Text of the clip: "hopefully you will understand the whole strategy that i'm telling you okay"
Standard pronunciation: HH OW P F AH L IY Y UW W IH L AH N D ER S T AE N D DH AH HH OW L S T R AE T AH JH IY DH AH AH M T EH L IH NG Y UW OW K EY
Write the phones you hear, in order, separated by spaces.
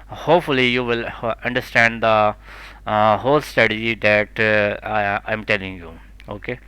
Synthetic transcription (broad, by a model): HH OW P F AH L IY Y UW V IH L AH N D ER S T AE N D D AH HH OW L S T AH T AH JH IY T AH AH M T EH L IH NG Y UW OW K EY